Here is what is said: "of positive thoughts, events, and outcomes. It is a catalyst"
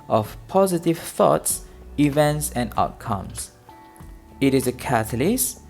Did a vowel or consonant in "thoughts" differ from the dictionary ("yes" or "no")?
no